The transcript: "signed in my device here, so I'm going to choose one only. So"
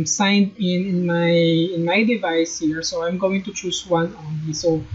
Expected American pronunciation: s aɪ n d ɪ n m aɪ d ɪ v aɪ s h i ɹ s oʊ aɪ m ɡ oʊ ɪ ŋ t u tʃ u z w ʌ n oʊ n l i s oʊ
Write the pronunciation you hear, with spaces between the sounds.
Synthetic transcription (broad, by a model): s aɪ n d ɪ n m aɪ d ɪ v aɪ s h i ɹ s oʊ aɪ m ɡ oʊ ɪ ŋ t u tʃ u s w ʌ n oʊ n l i s oʊ